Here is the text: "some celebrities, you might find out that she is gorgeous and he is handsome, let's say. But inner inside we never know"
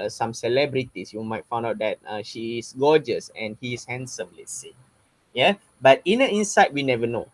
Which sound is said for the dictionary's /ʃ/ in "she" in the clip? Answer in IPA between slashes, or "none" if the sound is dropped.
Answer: /ʃ/